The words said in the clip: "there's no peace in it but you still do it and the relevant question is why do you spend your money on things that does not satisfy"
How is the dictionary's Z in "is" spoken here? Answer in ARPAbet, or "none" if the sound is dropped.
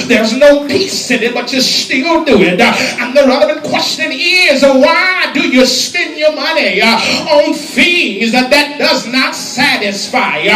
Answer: Z